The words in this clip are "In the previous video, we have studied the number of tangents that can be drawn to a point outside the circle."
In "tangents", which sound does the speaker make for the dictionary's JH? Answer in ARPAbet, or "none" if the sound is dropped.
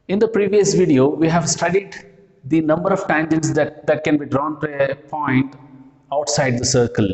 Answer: JH